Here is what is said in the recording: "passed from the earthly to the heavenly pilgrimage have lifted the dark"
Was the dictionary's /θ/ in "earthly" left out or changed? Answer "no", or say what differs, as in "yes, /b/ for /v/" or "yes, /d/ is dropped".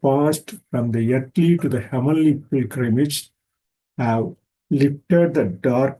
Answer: yes, /t/ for /θ/